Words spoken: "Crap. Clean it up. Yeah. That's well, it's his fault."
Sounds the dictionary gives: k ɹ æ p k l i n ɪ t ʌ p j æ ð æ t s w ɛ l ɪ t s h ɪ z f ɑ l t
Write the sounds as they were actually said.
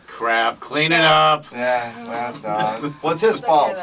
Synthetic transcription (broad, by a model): k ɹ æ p k l i n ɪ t ʌ p j æ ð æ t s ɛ w ɪ t s h ɪ z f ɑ l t